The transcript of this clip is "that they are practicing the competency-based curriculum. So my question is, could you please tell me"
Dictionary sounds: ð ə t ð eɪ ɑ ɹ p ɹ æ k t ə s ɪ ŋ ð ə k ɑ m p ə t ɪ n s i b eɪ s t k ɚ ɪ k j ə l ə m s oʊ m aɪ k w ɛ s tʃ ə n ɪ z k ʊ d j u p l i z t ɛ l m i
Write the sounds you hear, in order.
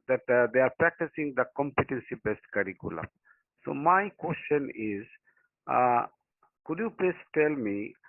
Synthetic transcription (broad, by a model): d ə t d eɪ ɑ ɹ p ɹ æ k t ə s ɪ ŋ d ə k ɑ m p ə t ɪ n s i b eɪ s t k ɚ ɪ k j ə l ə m s oʊ m aɪ k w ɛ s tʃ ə n ɪ z k ʊ d j u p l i s t ɛ l m i